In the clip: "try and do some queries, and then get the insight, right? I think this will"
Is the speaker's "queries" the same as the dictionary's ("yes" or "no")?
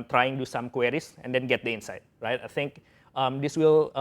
no